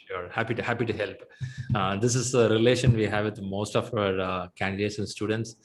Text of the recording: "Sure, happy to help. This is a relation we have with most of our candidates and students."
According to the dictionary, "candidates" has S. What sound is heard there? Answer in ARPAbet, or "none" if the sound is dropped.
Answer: S